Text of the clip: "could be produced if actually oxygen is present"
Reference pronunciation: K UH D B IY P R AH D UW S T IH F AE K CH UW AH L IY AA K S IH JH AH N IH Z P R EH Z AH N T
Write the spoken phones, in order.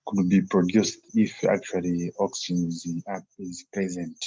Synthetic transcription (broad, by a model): K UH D B IY P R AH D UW S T IH F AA K CH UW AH L IY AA K S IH Z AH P IH Z P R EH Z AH N T